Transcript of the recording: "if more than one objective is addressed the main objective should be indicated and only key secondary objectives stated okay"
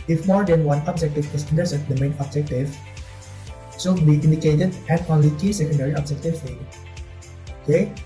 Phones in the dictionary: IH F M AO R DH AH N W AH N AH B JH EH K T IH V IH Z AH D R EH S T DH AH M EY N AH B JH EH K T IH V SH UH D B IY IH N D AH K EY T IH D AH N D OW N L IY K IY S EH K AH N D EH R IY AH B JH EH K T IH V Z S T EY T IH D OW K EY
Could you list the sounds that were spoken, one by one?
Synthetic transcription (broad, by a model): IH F M AO R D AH N W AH N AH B JH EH K T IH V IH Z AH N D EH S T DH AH M EY N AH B JH EH K T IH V S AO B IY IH N D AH K EY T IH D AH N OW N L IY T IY S EH K AH N D EH R IY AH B JH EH K T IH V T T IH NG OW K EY